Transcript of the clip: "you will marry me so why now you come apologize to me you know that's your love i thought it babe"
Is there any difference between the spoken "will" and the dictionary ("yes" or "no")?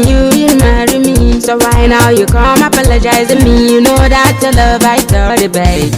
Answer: yes